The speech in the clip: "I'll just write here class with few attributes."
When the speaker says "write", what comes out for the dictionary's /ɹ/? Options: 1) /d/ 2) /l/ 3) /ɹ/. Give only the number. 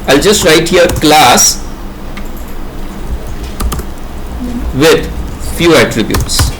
3